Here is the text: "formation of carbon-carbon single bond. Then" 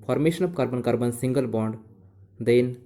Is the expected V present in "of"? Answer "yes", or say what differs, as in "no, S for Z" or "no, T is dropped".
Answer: no, P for V